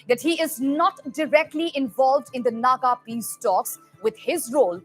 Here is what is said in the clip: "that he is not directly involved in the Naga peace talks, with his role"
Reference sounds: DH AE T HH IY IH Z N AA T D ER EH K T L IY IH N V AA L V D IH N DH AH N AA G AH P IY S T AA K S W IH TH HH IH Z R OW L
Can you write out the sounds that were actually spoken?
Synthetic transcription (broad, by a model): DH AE T HH IY IH Z N AA T D ER EH K T L IY IH N V AA L V D IH N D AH N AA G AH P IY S T AA K S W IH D HH IH Z R OW L